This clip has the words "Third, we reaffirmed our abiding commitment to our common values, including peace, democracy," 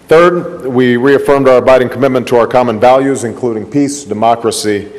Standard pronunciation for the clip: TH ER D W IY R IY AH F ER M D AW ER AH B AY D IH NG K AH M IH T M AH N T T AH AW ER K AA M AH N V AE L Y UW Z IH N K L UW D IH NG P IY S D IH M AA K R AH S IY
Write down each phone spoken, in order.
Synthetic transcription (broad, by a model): TH ER D W IY R IY AH F ER M D AW ER AH B AY D IH NG K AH M IH T M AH N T T AH AW ER K AA M AH N V AE L Y UW Z IH N K L UW D IH NG P IY S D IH M AA K R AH S IY